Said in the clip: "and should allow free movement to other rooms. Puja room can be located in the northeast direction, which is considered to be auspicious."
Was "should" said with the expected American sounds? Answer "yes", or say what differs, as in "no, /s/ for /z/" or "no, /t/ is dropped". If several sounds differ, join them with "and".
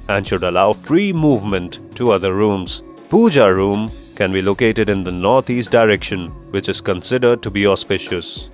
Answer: yes